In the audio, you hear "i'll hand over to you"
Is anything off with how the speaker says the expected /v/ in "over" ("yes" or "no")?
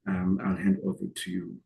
no